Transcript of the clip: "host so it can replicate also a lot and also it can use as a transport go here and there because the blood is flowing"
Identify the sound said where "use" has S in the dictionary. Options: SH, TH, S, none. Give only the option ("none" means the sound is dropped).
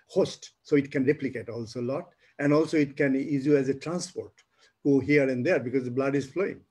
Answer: none